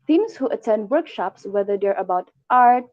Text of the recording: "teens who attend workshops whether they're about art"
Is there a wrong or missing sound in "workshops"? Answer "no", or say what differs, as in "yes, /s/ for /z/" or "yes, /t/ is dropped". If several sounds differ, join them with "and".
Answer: no